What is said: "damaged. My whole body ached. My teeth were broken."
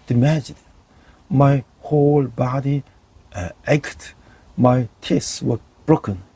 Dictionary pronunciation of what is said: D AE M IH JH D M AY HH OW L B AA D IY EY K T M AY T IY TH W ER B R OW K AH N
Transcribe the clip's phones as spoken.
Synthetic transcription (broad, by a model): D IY M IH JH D M AY HH OW L B AA D IY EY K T M AY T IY S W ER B R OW K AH N